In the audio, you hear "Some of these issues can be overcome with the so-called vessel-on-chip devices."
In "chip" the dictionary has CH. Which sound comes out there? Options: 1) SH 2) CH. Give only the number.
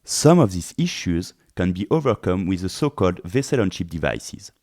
1